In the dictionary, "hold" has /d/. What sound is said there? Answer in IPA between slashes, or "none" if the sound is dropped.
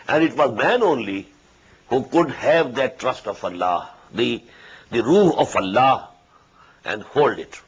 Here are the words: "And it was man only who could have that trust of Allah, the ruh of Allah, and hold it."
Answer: /d/